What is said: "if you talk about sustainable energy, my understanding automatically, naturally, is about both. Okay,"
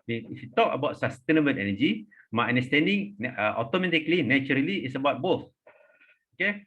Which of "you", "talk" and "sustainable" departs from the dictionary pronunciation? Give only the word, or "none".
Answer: sustainable